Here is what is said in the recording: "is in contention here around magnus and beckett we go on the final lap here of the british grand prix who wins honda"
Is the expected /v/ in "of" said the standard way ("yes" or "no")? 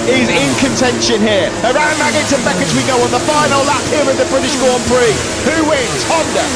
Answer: no